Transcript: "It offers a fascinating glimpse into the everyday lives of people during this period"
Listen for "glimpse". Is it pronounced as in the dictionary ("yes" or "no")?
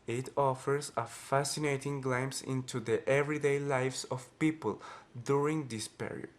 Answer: no